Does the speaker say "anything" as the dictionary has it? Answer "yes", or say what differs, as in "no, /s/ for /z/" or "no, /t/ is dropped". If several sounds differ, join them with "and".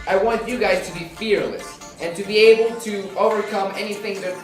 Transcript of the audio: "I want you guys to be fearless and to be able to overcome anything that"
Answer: yes